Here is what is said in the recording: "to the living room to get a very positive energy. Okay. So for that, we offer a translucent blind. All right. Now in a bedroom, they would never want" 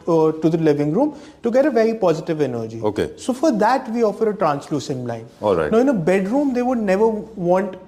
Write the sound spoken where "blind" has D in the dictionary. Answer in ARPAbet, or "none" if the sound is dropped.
none